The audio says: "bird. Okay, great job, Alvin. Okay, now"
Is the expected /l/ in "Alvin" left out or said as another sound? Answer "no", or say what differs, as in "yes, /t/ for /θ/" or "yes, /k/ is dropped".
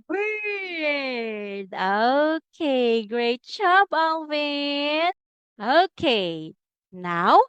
yes, /n/ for /l/